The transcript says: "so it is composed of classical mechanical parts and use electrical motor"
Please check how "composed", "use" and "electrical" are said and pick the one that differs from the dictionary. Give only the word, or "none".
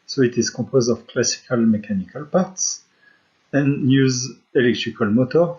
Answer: composed